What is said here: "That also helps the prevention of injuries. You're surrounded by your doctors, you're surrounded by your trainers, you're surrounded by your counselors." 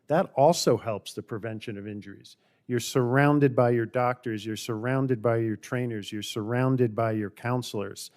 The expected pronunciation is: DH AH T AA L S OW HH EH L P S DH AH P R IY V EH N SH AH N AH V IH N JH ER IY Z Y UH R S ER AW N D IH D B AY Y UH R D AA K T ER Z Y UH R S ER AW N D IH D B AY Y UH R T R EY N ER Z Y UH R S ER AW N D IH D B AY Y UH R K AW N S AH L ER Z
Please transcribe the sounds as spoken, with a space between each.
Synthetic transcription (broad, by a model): DH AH T AA L S OW HH EH L P S DH AH P R IY V EH N SH AH N AH V IH N JH ER IY Z Y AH R S ER AW N D IH D B AY Y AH R D AA K T ER Z Y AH R S ER AW N D IH D B AY Y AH R T R EY N ER Z Y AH R S ER AW N D IH D B AY Y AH R K AW N S L ER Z